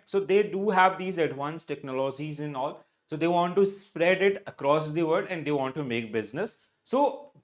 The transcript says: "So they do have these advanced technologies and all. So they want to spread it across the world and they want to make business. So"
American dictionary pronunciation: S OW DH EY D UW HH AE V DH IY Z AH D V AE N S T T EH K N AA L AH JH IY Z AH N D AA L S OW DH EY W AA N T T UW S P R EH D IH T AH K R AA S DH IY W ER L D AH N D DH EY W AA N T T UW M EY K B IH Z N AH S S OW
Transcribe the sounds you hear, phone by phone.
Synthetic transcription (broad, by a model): S OW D EY D UW HH AE V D IY Z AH D V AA N S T T EH K N AA L AH JH IY Z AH N AA L S OW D EY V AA N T T UW S P R EH D IH T AH K R AA S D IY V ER D AH N D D EY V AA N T T UW M EY K B IH Z N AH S S OW